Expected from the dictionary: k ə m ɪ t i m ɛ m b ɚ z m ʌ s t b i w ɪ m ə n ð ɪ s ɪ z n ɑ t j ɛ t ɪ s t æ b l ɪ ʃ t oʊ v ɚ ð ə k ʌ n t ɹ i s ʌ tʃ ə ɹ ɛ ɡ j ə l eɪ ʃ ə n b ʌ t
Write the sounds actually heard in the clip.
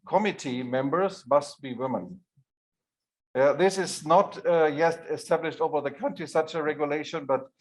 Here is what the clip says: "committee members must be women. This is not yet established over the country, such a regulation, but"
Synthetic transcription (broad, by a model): k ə m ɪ t i m ɛ m b ɚ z m ʌ s t b i w ɪ m ə n ð ɪ s ɪ z n ɑ t j ɛ t ɪ s t æ b l ɪ ʃ t oʊ v ɚ ð ə k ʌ n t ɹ i s ʌ tʃ ə ɹ ɛ ɡ j ə l eɪ ʃ ə n b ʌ t